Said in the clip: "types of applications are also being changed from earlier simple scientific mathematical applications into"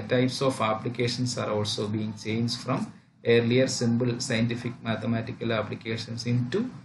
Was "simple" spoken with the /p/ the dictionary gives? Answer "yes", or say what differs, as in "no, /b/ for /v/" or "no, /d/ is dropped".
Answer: no, /b/ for /p/